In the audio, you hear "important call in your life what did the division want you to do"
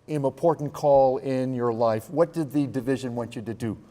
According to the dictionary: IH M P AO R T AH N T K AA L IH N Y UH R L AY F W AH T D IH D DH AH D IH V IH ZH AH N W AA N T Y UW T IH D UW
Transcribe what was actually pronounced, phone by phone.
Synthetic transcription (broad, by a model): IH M P AO R T N K AA L IH N Y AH R L AY F W AH T D IH D DH AH D IH V IH ZH AH N W AA N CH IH T IH D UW